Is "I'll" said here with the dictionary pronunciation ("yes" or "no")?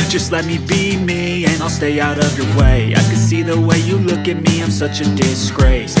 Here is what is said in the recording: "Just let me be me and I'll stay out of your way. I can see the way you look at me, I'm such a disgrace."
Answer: yes